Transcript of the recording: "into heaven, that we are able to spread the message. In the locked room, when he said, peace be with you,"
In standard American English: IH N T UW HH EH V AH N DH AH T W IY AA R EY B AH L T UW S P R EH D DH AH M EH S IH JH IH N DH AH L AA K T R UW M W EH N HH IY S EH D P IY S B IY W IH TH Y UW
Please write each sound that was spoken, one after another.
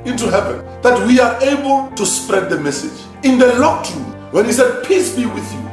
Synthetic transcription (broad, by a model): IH N T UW HH EH V AH N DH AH T W IY AA R EY B AH L T UW S P R EH D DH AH M EH S IH JH IH N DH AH L AA K T R UW M W EH N HH IY S EH D P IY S B IY W IH TH Y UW